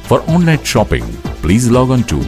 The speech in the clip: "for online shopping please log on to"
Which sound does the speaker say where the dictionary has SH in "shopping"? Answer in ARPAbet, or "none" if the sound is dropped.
SH